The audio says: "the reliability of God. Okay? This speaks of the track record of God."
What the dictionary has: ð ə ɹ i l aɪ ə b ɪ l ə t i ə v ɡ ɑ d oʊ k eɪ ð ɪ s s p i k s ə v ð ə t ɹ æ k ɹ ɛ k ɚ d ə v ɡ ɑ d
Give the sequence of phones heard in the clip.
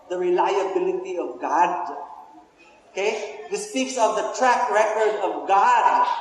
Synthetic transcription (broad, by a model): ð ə ɹ i l aɪ ə b ɪ l ə t i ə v ɡ ɑ d oʊ k eɪ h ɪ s s p i k s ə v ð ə t ɹ æ k ɹ ɛ k ɚ d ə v ɡ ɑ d